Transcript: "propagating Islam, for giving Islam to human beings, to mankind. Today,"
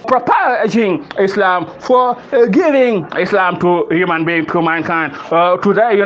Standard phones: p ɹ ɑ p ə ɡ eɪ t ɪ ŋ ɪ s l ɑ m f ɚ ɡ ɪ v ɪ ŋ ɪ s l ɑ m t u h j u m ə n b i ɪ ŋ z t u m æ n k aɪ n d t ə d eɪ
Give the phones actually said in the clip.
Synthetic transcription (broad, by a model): p ɹ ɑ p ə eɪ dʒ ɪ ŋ ɪ s l ɑ m f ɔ ɡ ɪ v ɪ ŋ ɪ s l ɑ m t u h j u m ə n b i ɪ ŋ t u m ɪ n k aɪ n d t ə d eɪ